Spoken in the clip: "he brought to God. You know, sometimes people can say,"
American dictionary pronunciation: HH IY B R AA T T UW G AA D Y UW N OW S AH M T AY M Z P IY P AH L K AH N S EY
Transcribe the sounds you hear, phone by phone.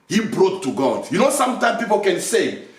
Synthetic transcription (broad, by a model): HH IY B R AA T T UW G AA D Y UW N OW S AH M T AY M P IY P AH L K AH N S EY